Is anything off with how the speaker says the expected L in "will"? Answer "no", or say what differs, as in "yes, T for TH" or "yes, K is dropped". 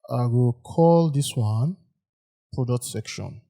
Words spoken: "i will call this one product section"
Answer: no